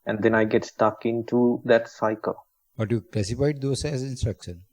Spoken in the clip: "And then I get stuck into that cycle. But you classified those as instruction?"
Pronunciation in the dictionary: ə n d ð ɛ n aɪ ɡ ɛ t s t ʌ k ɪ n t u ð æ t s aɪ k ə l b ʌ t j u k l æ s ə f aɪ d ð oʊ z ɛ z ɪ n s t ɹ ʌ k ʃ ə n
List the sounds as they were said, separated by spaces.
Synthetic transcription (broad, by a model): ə n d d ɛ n aɪ ɡ ɛ t s t ʌ k ɪ n t u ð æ t s aɪ k ə l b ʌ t j u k l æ s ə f aɪ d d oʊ s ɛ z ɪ n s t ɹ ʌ k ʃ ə n